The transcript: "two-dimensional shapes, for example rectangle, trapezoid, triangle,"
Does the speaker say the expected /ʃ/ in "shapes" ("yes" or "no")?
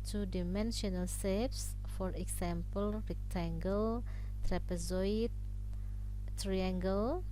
no